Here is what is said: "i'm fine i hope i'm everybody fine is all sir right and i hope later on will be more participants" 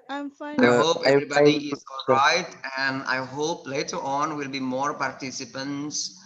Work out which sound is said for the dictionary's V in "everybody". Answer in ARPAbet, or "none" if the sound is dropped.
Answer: none